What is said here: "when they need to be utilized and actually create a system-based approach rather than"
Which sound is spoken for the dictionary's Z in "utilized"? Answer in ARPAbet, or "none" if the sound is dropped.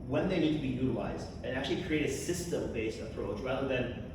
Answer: Z